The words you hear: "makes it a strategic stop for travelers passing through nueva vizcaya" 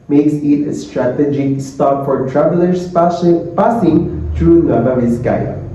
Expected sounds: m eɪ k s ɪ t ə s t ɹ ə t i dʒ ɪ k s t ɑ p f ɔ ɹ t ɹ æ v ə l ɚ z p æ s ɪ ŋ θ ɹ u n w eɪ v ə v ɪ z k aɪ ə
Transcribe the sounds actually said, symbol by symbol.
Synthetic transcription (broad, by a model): m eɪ k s ɪ t ə s t ɹ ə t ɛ dʒ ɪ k s t ɑ p f ɔ ɹ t ɹ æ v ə l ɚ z p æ s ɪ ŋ t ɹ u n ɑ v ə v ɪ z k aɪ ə